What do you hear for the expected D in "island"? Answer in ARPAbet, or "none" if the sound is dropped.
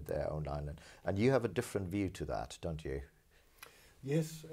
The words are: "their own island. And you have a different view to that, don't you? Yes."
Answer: none